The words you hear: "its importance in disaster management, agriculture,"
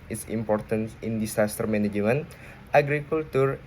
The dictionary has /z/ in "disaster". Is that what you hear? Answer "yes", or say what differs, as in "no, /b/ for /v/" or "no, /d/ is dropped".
no, /s/ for /z/